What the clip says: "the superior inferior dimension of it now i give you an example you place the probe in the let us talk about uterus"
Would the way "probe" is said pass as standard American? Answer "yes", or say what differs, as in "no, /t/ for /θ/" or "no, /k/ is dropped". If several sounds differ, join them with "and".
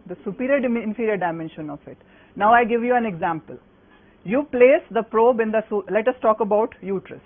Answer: yes